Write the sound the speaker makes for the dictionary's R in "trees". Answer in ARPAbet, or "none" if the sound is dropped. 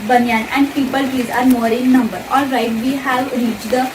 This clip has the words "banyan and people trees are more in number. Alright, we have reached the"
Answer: none